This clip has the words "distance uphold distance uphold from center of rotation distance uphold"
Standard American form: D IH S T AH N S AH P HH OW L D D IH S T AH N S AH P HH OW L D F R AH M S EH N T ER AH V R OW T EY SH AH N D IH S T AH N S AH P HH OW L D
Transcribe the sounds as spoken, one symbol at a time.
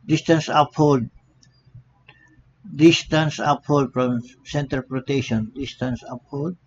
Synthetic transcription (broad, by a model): D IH S T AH N S AH P HH OW L D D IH S T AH N S AH P HH OW L D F R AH M S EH N T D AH P R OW T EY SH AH N D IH S T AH N S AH P HH OW L D